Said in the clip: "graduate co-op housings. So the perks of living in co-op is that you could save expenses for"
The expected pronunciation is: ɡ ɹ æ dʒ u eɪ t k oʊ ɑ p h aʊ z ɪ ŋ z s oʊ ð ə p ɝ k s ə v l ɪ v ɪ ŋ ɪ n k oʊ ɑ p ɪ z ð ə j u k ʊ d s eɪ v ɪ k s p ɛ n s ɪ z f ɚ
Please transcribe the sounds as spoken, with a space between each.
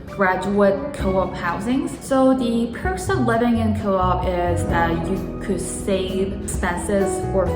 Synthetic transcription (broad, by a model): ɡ ɹ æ dʒ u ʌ t k oʊ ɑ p h aʊ z ɪ ŋ z s oʊ ð ə p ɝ s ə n l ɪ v ɪ ŋ ɪ n k oʊ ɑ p ɪ z ð ə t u k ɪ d s eɪ ɪ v s p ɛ n s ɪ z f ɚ